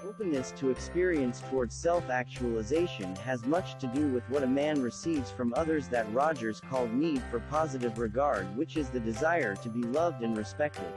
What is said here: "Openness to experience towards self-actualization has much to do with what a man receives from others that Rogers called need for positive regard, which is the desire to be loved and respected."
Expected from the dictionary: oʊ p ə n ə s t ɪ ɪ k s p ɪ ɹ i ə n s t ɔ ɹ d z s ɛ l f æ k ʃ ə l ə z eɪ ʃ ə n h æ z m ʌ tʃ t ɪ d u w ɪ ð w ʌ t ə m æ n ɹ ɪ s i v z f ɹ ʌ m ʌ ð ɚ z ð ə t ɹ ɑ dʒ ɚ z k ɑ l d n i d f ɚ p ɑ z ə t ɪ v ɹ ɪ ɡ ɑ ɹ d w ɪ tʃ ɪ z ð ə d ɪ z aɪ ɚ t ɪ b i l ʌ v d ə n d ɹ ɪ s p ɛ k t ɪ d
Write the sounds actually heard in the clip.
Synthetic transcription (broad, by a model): oʊ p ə n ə s t ɪ ɪ k s p ɪ ɹ i ə n s t ɔ ɹ d z s ɛ l f æ k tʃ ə l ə z eɪ ʃ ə n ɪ z m ʌ tʃ t ɪ d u w ɪ ð w ʌ t ə m æ n ɹ ɪ s i v z f ɹ ʌ m ʌ ð ɚ z ð ə t ɹ ɑ dʒ ɚ z k ɑ l d n i d f ɚ p ɑ z ə t ɪ v ɹ ɪ ɡ ɑ ɹ d w ɪ tʃ ɪ z ð ə d ɪ z aɪ ɚ t ɪ b i l ʌ v d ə n ɹ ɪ s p ɛ k t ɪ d